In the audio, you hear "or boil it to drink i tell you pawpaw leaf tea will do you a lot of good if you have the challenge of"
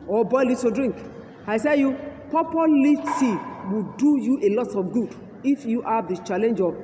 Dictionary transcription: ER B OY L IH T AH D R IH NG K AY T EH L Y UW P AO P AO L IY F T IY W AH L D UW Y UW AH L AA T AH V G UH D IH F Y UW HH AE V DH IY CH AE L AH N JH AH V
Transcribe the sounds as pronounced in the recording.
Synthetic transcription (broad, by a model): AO B OY L IH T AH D R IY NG K AY S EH Y UW P AO P AO L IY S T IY W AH D UW Y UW AH L AA T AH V G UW D IH F Y UW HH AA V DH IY CH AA L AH N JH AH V